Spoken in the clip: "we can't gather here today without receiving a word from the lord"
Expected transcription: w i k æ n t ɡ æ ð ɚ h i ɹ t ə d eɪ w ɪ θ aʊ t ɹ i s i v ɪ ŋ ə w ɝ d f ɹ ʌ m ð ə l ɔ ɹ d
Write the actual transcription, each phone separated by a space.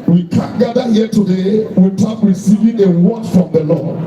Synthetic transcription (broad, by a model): w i k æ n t ɡ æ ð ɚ h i t ə d eɪ w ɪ t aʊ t ɹ i s i v ɪ ŋ ə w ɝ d f ɹ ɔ m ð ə l ɔ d